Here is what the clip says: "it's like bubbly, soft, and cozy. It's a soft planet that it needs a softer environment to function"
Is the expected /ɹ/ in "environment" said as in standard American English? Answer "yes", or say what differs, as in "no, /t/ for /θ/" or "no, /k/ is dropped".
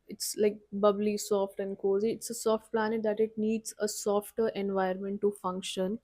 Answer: no, /ɹ/ is dropped